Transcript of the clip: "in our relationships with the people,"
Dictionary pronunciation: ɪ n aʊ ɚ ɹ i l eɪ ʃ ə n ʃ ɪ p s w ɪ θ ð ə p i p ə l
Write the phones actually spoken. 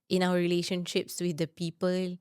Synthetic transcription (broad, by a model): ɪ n aʊ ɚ ɹ i l eɪ ʃ ə n ʃ ɪ p s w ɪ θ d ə p i p ə l